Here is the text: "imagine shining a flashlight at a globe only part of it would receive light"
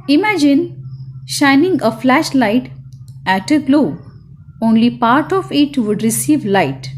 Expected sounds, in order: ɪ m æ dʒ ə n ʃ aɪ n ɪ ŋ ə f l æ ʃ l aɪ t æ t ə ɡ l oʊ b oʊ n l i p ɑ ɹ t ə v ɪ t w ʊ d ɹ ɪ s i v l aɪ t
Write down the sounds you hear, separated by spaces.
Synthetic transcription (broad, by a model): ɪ m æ dʒ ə n ʃ aɪ n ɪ ŋ ə f l æ ʃ l aɪ t æ t ə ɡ l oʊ oʊ n l i p ɑ ɹ t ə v ɪ t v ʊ d ɹ ɪ s i v l aɪ t